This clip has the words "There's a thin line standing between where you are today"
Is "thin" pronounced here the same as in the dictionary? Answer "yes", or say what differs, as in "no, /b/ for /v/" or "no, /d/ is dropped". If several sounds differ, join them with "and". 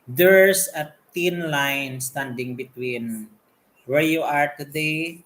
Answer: no, /t/ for /θ/